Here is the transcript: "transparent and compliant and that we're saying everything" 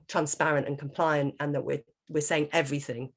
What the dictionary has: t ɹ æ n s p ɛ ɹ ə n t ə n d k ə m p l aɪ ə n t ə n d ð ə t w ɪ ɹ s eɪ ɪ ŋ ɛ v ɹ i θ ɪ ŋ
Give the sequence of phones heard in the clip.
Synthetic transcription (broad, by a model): t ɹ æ n s p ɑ ɹ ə n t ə n k ə m p l aɪ ə n t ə n ð ə t w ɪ w s eɪ ɪ ŋ ɛ v ɹ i θ ɪ ŋ